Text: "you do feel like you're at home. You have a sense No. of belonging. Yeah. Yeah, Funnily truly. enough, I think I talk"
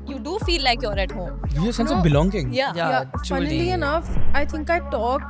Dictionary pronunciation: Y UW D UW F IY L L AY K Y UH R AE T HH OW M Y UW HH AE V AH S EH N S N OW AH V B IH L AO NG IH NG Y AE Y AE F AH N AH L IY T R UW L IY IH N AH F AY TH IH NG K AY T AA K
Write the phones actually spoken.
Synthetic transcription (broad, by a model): Y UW D UW F IY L L AY K Y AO R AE T HH OW M Y UW AH S EH N S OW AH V B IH L AO NG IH NG Y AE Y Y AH IY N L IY IH N AH F AY T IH NG K AY T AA K